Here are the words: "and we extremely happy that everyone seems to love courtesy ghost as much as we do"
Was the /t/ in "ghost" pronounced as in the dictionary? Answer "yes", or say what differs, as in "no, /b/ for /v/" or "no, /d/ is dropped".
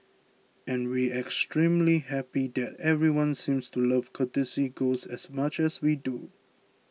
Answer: no, /t/ is dropped